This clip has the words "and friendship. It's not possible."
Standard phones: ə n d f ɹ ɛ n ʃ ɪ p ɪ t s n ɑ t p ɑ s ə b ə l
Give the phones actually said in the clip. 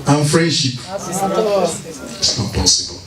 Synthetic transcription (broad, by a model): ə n f ɹ ɛ n ʃ ɪ p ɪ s n ɑ t p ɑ s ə b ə l